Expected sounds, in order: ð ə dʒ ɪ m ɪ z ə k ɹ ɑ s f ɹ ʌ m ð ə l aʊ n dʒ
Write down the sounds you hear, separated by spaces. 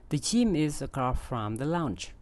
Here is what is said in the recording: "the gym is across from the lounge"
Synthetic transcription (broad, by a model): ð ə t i m ɪ z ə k ɑ f ɹ ʌ m ð ə l aʊ n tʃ